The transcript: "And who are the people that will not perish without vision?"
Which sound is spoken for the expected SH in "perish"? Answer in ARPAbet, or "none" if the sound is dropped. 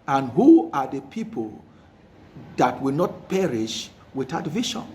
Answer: SH